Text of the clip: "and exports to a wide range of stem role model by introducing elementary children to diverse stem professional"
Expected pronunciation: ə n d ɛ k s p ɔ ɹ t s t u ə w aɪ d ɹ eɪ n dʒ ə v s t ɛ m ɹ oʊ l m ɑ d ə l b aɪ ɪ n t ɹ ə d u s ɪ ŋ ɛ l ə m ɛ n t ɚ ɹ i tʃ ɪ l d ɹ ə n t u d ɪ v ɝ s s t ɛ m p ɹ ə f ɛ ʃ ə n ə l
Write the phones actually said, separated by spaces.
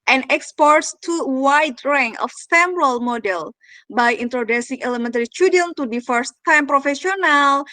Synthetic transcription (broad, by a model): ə n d ɛ k s p ɔ ɹ t s t u w aɪ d ɹ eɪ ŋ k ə f s t ɛ m ɹ oʊ l m ɑ d ə l b aɪ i n t ɹ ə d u s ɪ ŋ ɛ l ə m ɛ n t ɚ ɹ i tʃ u d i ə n t u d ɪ f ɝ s s t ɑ m p ɹ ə f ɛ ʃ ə n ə l